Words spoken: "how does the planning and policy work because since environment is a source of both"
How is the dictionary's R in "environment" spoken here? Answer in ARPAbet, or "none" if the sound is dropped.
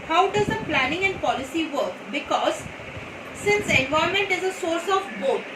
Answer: none